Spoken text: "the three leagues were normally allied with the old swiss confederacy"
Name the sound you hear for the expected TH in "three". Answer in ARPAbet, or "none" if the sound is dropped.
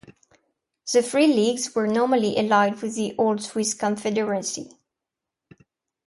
F